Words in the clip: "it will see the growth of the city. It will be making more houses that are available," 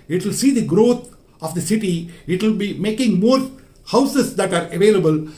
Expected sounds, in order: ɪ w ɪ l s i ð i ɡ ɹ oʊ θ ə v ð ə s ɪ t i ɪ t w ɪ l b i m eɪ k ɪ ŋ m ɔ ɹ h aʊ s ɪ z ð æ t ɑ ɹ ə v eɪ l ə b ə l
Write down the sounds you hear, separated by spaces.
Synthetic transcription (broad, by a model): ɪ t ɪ l s i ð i ɡ ɹ oʊ t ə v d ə s ɪ t i ɪ t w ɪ l b i m eɪ k ɪ ŋ m ɔ ɹ h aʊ s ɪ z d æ t ɑ ɹ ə v eɪ l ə b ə l